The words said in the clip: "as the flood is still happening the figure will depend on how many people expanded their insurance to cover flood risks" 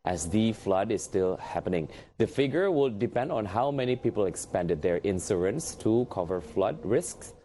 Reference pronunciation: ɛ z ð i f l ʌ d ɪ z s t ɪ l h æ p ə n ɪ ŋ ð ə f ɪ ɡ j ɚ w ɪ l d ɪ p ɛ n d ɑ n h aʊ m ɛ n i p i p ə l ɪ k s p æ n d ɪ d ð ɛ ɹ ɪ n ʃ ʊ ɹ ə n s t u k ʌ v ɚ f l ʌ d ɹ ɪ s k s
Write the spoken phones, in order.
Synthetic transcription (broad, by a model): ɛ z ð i f l ʌ d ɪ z s t ɪ l h æ p ə n ɪ ŋ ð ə f ɪ ɡ j ɚ w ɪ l d ɪ p ɛ n d ɑ n h aʊ m ɛ n i p i p ə l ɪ k s p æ n d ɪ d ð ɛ ɹ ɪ n s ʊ ɹ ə n s t u k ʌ v ɚ f l ʌ d ɹ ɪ s k s